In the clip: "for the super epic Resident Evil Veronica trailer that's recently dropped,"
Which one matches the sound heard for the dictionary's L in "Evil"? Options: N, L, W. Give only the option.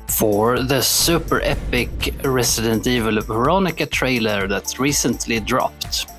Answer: L